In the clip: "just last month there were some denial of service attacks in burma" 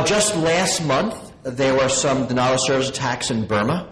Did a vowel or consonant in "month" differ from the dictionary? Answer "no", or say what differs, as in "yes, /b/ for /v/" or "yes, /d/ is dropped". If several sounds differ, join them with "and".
no